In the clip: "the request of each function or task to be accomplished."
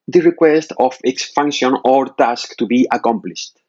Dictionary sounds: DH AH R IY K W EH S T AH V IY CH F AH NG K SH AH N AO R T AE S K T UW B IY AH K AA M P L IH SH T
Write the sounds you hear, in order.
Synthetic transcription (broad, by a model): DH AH R IY K W EH S T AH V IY S F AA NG K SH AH N AO R T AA S K T UW B IY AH K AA M P L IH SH T